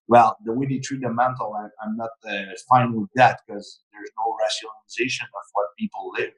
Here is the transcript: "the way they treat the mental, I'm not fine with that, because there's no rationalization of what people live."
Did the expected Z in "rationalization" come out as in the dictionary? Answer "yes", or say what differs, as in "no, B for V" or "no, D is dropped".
yes